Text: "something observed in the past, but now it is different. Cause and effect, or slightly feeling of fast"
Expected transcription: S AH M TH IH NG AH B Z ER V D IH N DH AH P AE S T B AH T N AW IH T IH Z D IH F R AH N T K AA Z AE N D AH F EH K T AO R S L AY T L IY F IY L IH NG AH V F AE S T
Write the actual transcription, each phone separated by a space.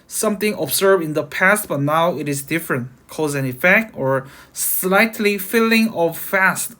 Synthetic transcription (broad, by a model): S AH M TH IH NG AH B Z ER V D IH N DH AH P AE S T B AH T N AW IH T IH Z D IH F R AH N T K AA Z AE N AH F EH K T AO R S L AY T L IY F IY L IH NG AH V F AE S T